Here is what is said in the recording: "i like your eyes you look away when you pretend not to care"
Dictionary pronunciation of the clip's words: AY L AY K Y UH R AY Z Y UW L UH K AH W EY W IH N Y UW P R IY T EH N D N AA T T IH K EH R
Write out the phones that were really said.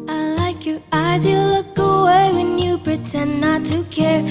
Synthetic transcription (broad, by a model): AY L AY K Y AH R AY Z Y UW L UH K AH W EY W IH N Y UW P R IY T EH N N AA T T IH K EH R